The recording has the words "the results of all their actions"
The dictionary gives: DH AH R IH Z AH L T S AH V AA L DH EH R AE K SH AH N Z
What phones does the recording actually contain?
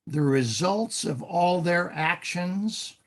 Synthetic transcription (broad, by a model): DH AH R IH Z AH L T S AH V AA L DH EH R AE K SH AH N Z